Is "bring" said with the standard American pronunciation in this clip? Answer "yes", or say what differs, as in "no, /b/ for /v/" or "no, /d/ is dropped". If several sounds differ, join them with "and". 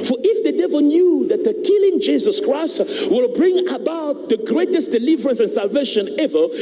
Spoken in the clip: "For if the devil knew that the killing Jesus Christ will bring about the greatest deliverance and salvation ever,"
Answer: yes